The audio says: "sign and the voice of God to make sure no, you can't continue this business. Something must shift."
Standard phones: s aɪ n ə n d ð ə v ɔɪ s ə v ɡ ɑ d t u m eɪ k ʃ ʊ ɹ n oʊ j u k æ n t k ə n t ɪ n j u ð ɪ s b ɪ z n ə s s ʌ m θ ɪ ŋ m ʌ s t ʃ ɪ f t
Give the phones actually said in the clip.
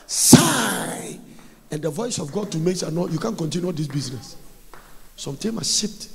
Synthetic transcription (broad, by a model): s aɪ ə n d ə v ɔɪ s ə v ɡ ɑ d t u m eɪ k s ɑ n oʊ j u k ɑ n k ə n t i n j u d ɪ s b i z n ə s s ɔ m t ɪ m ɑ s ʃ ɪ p t